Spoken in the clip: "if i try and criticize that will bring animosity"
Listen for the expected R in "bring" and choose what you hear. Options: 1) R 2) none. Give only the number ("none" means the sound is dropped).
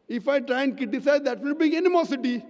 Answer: 2